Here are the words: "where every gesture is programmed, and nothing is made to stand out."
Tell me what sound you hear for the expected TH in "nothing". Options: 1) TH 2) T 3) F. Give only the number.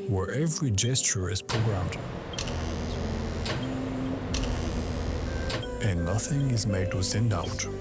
1